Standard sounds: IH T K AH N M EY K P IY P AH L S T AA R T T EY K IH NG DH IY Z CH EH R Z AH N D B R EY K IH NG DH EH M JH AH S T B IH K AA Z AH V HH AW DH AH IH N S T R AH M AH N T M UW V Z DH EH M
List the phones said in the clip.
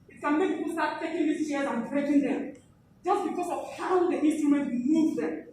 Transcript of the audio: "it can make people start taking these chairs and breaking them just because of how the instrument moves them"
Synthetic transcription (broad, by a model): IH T K AH N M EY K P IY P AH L S T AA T T EY K IH NG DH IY S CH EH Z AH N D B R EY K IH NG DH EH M JH AH S T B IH K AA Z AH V HH AW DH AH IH N S T R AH M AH N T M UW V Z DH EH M